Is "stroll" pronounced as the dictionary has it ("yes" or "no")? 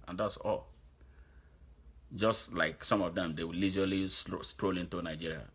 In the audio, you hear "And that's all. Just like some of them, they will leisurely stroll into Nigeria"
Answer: yes